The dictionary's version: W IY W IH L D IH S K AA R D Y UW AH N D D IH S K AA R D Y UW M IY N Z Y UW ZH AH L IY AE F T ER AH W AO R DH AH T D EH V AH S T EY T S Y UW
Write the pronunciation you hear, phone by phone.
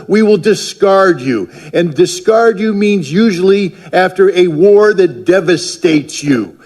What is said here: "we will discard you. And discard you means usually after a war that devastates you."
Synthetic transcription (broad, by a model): W IY W IH L D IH S K AA R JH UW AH N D D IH S K AA R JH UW M IY N Z Y UW ZH L IY AE F T ER AH W AO R DH AH T D EH V AH S T EY T S Y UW